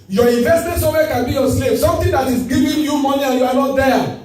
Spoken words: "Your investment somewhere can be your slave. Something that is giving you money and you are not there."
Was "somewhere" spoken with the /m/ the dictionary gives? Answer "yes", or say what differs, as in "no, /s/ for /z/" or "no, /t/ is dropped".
no, /m/ is dropped